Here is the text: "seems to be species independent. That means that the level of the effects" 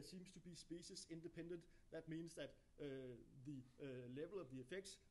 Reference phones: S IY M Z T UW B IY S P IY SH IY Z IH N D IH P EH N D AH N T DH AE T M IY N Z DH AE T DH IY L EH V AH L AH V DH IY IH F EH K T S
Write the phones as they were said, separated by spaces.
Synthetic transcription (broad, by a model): S IY M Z T UW B IY S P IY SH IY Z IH N D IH P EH N D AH N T DH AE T M IY N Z DH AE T DH IY L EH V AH L AH V DH IY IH F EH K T S